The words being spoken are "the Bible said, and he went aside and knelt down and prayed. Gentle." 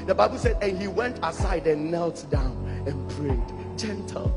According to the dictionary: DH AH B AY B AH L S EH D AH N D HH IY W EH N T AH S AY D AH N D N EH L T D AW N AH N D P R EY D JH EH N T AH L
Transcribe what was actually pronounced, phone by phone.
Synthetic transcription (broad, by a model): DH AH B AY B AH L S EH D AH N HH IY W EH N T AH S AY D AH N N EH L T D AW N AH N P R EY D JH EH N T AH L